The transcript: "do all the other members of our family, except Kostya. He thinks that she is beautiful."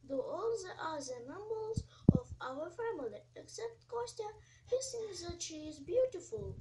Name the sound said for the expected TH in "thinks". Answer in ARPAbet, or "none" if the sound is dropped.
S